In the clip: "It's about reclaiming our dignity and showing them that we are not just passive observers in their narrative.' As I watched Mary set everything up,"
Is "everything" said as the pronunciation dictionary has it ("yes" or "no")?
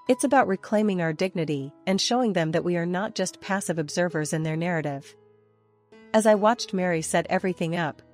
yes